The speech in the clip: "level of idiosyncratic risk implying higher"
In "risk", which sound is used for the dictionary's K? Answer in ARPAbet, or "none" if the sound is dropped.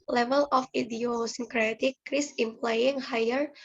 none